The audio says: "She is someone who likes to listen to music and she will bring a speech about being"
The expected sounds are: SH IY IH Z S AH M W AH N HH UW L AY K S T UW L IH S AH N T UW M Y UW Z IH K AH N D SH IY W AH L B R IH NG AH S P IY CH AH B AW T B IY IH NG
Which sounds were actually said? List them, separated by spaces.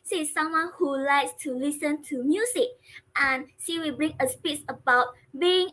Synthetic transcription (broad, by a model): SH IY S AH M W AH N HH UW L AY K S T UW L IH S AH N T UW M Y UW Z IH K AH N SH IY W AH B R IH NG AH S P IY S AH B AW T B IY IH NG